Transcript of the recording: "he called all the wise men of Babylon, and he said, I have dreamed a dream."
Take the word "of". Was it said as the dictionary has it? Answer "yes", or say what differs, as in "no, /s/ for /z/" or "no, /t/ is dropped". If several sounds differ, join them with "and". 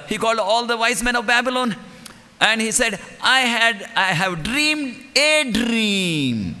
yes